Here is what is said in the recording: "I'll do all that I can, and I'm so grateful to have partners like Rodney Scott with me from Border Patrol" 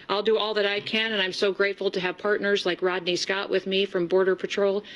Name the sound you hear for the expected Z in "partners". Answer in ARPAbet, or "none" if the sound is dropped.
Z